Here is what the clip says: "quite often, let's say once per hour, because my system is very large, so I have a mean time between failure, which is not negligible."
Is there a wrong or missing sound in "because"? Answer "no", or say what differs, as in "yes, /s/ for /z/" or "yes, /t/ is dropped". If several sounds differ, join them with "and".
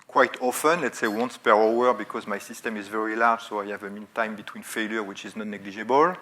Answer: no